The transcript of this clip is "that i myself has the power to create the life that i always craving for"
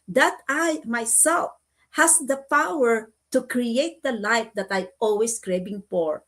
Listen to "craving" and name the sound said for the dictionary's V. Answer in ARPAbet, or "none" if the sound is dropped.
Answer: B